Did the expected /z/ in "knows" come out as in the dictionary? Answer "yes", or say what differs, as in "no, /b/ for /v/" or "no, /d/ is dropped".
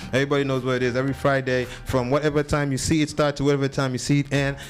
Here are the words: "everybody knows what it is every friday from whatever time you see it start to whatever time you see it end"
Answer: yes